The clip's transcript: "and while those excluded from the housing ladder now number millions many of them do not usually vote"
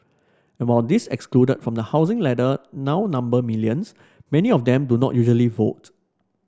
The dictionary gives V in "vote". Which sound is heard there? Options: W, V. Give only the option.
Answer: V